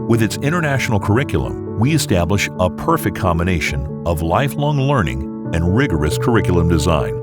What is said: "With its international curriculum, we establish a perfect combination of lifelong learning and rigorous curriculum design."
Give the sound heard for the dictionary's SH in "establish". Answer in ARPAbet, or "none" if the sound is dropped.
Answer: SH